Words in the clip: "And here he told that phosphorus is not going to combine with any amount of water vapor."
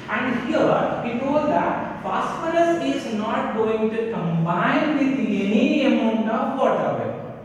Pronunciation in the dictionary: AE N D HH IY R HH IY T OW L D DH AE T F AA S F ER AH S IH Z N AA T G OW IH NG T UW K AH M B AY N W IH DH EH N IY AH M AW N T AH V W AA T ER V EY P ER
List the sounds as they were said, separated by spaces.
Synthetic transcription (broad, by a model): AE N D HH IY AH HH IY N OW D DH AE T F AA S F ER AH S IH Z N AA T G OW IH NG T UW K AH M B AY N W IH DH EH N IY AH M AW N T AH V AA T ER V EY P